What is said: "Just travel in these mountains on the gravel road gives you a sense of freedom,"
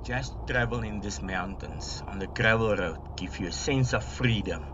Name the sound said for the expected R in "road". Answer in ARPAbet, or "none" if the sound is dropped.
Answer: R